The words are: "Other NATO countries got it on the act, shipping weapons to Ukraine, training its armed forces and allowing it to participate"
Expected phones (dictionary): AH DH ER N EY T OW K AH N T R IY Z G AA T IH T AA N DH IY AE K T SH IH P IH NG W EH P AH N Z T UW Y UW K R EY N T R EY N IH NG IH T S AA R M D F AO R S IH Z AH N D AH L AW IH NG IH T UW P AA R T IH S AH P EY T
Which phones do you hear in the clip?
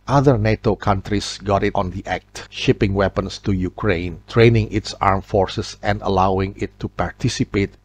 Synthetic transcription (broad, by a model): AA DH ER N EY T OW K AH N T R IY S G AA T IH T AA N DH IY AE K T SH IH P IH NG W EH P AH N S T UW Y UW K R EY N T R EY N IH NG IH T S AA R M F AO R S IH S AH N D AH L AW IH NG IH T UW P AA R T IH S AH P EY T